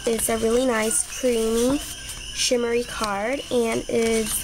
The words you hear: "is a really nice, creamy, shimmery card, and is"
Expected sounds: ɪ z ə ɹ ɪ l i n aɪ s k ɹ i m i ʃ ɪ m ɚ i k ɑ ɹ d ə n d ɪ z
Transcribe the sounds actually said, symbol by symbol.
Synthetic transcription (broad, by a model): ɪ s ə ɹ ɪ l i n aɪ s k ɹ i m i ʃ ɪ m ɚ i k ɑ ɹ d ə n ɪ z